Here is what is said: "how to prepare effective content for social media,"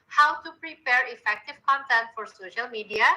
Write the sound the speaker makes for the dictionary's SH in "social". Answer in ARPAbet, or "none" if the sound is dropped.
SH